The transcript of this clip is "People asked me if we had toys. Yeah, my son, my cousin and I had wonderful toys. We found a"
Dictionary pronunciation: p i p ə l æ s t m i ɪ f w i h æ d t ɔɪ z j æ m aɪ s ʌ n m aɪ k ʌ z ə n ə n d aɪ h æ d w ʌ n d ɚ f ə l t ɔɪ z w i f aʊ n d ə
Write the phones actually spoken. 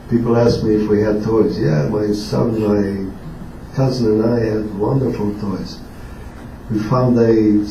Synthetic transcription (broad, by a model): p i p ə l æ s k m i ɪ f w i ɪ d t ɔɪ z j æ m aɪ s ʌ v m aɪ k ʌ z ə n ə n aɪ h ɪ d w ʌ n d ɚ f ə l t ɔɪ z w i f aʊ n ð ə